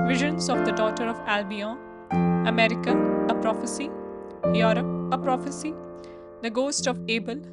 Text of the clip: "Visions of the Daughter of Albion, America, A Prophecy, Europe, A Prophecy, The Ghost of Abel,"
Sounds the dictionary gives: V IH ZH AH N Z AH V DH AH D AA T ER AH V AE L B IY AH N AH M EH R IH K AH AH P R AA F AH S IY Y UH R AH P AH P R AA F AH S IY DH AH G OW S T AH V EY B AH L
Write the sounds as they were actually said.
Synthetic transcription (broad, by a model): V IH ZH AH N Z AH V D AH D AA T ER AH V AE L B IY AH AH M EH R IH K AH AH P R AA F AH S IY Y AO R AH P AH P R AA F AH S IY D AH G OW S T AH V EY B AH L